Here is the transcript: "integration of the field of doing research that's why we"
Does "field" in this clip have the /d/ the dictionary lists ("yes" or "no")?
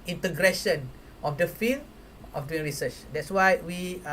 no